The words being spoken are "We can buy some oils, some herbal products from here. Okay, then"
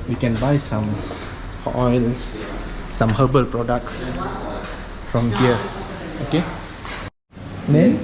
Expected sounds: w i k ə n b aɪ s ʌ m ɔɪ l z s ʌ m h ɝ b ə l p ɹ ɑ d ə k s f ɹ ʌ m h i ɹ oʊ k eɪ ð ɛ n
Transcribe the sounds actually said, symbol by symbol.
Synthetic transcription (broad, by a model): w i k ə n b aɪ s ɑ m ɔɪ l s s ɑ m h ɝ b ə l p ɹ ɑ d ə k s f ɹ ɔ m h i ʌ oʊ k eɪ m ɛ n